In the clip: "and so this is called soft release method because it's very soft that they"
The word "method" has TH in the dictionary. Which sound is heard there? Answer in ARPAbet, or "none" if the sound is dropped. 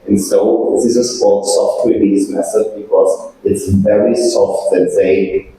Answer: S